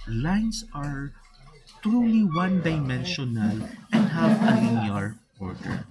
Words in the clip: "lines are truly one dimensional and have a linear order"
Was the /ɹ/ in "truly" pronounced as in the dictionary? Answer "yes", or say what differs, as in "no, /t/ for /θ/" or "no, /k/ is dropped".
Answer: yes